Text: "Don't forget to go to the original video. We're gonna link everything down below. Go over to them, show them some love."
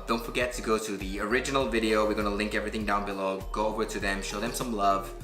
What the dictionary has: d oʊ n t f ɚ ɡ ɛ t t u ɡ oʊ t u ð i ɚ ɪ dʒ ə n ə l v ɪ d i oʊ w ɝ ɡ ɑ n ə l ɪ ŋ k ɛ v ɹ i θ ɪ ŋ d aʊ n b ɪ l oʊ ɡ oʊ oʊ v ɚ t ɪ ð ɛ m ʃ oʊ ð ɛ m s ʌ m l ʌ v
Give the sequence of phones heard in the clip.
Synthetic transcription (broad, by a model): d oʊ n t f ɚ ɡ ɛ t t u ɡ oʊ t u ð i ɚ ɪ dʒ ə n ə l v ɪ d i oʊ w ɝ ɡ ɑ n ə l ɪ ŋ k ɛ v ɹ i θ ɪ ŋ d aʊ n b ɪ l oʊ ɡ oʊ oʊ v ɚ t ɪ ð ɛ m ʃ oʊ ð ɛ m s ʌ m l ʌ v